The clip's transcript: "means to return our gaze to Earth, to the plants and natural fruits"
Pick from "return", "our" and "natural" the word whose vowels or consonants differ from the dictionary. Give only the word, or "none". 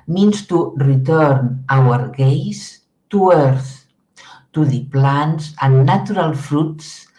natural